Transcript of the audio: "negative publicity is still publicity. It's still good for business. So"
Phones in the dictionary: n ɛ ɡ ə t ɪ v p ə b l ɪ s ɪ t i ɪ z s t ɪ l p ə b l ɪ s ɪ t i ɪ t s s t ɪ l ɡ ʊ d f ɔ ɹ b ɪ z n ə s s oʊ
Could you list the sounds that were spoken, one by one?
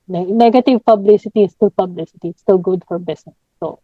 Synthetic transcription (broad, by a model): n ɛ ɡ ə t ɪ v p ə b l ɪ s ɪ t i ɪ s t ɪ l p ə b l ɪ s ɪ t i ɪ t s s t ɪ l ɡ ʊ d f ɔ ɹ b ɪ s n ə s s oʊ